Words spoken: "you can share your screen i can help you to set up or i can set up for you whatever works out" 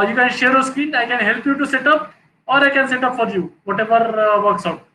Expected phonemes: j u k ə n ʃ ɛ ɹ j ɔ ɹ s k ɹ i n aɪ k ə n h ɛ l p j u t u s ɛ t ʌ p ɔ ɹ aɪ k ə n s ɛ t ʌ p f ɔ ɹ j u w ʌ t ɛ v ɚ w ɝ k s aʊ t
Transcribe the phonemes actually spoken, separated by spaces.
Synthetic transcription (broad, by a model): j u k ə n ʃ ɛ ɹ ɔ s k i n aɪ k ə n h ɛ l p j u t u s ɛ t ʌ p ɔ ɹ aɪ k ə n s ɛ t ʌ p f ɔ ɹ j u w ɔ t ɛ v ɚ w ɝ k s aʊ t